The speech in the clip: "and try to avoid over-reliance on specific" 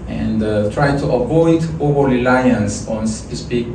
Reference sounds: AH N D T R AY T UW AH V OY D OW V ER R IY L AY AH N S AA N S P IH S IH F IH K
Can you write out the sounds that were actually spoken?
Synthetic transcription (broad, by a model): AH N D T R AY T UW AH V OY D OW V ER L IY L AY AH N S AA N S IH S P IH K